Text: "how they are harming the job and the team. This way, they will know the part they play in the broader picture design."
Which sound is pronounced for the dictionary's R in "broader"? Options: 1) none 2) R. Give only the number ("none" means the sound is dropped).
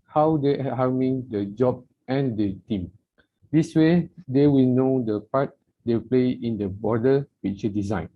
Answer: 1